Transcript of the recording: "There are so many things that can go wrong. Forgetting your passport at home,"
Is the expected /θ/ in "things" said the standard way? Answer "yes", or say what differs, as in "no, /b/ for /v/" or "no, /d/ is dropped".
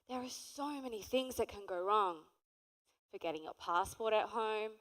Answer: yes